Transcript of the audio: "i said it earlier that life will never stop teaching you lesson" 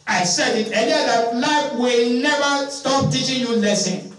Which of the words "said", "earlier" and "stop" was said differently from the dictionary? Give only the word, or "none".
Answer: earlier